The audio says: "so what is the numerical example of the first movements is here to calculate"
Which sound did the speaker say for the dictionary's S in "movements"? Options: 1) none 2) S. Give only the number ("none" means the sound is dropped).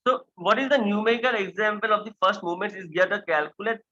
1